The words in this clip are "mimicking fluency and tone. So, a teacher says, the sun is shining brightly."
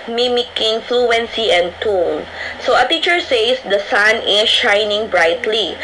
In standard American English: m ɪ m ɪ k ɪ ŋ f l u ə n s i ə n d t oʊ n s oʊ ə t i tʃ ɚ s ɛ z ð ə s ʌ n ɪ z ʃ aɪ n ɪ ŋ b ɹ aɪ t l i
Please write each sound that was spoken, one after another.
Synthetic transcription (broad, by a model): m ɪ m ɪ k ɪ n f l u ə n s i ə n d t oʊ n s oʊ ə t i tʃ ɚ s ɛ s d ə s ʌ n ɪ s ʃ aɪ n ɪ ŋ b ɹ aɪ t l i